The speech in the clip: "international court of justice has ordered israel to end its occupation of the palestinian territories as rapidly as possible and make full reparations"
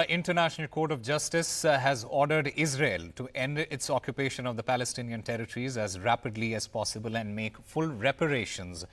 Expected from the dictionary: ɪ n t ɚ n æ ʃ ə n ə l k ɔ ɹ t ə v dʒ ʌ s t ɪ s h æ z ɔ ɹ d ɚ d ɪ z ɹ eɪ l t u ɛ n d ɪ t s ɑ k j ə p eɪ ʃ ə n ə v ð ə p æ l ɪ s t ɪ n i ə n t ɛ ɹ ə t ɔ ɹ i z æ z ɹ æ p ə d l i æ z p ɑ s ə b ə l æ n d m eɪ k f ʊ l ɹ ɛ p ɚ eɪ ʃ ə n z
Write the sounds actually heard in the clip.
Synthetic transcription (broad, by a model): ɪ n t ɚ n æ ʃ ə n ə l k ɔ ɹ t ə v dʒ ʌ s t ɪ s h æ z ɔ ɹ d ɚ d ɪ z ɹ eɪ l t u ɛ n d ɪ t s ɑ k j ə p eɪ ʃ ə n ə v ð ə p æ l ɪ s t ɪ n i ə n t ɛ ɹ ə t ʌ ɹ i z æ z ɹ æ p ə d l i æ z p ɑ s ə b ə l æ n d m eɪ k f ʊ l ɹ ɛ p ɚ eɪ ʃ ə n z